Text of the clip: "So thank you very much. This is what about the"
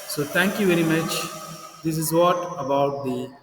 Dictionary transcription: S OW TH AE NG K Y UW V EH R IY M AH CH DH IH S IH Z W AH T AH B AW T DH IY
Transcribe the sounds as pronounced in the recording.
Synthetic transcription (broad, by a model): S OW T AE NG K Y UW V EH R IY M AH CH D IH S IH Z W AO T AH B AW T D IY